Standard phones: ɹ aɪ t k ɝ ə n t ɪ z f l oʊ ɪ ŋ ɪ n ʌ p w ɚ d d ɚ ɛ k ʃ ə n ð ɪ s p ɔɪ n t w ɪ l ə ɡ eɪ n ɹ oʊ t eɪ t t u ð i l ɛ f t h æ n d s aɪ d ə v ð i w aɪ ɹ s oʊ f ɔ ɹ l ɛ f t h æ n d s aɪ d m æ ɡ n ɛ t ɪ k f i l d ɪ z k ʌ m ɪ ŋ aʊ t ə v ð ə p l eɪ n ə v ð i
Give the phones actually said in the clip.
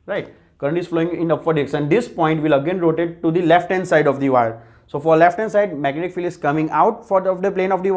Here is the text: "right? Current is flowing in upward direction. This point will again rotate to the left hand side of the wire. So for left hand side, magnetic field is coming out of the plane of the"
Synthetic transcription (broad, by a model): ɹ aɪ t k ɝ ə n t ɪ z f l oʊ ɪ ŋ ɪ n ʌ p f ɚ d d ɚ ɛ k s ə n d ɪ s p ɔɪ n t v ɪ l ə ɡ eɪ n ɹ oʊ t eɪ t t u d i l ɛ f t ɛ n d s aɪ d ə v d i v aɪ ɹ s oʊ f ɔ ɹ l ɛ f t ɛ n s aɪ d m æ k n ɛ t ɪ k f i l ɪ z k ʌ m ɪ ŋ aʊ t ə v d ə p l eɪ n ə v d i